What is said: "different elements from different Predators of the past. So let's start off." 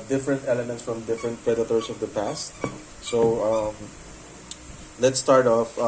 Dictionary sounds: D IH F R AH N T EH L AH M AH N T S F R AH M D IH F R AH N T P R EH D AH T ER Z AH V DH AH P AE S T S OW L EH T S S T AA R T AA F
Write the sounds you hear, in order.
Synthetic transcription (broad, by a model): D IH F R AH N T EH L AH M AH N T S F R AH M D IH F R AH N T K R EH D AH T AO S AH V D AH P AE S T S OW L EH T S S T AA R T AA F